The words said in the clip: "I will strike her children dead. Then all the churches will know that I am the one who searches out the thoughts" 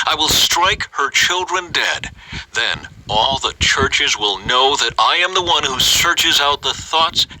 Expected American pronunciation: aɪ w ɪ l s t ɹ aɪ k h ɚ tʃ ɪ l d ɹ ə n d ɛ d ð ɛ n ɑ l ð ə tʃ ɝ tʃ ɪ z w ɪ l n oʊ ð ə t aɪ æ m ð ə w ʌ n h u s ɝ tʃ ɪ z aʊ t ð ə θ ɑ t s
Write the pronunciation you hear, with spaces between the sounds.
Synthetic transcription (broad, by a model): aɪ w ɪ l s t ɹ aɪ k h ɚ tʃ ɪ l d ɹ ə n d ɛ d ð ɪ n ɑ l ð ə tʃ ɝ tʃ ɪ z w ɪ l n oʊ ð ə t aɪ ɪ m ð ə w ʌ n h u s ɝ tʃ ɪ z aʊ t ð ə θ ɑ t s